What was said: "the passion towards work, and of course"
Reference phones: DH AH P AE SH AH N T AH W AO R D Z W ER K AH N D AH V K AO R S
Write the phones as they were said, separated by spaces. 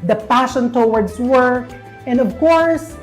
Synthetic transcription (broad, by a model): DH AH P AE SH AH N T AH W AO R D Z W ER AH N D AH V K AO R S